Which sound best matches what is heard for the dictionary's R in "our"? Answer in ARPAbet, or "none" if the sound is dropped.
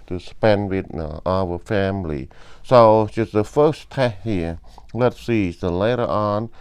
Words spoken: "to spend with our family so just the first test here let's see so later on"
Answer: W